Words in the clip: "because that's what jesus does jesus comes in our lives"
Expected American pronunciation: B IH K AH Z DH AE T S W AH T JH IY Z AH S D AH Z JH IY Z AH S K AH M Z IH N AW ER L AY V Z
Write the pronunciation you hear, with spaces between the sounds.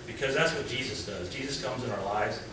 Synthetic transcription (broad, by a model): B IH K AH Z DH AE T S W AH T JH IY Z AH S D AH Z JH IY Z AH S K AH M Z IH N AW ER L AY V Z